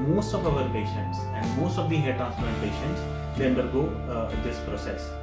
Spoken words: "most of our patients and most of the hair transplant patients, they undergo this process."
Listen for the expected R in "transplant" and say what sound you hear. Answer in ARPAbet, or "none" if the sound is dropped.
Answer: none